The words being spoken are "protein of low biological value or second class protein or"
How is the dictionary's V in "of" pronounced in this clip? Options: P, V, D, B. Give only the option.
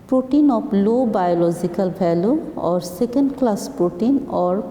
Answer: P